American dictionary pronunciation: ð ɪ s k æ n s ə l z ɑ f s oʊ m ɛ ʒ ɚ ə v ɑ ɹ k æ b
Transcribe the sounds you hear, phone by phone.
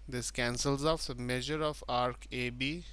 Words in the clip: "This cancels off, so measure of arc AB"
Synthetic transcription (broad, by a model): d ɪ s k æ n s ə l z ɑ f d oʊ m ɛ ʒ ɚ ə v ɑ ɹ k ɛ b